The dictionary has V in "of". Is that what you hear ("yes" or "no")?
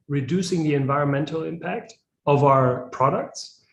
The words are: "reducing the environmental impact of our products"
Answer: yes